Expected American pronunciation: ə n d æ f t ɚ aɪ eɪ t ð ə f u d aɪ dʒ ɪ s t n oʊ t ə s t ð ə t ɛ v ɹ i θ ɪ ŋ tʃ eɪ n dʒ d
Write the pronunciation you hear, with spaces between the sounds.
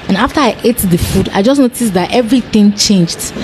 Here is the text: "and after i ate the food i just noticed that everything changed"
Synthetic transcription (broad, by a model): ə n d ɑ f t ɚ aɪ eɪ t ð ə f u d aɪ dʒ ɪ s n oʊ t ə s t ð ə t ɛ v ɹ i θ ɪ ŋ tʃ eɪ n dʒ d